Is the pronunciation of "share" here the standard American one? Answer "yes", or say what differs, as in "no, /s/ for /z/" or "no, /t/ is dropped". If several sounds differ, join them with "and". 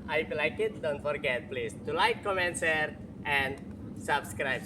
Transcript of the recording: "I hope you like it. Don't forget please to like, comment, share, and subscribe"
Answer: no, /s/ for /ʃ/